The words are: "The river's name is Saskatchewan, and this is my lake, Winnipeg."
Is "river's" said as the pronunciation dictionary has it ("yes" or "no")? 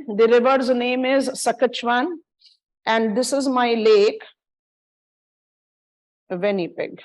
yes